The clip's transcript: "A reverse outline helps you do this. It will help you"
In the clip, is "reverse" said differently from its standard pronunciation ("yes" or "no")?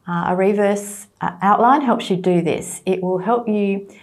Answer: no